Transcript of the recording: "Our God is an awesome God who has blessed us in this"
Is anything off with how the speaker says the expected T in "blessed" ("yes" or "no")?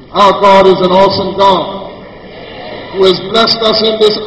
no